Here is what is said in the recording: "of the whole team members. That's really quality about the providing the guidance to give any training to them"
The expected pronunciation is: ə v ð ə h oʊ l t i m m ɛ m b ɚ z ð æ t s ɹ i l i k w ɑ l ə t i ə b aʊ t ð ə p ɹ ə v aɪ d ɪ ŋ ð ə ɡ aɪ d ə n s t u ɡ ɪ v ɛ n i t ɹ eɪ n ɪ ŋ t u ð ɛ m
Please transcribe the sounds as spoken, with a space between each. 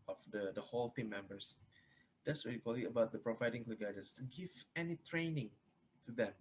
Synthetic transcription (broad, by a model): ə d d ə h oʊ l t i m m ɛ m b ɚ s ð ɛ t s w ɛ i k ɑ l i ə b aʊ t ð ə p ɹ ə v aɪ d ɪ ŋ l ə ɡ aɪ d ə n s t u ɡ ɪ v ɛ n i t ɹ eɪ n ɪ ŋ t u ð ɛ m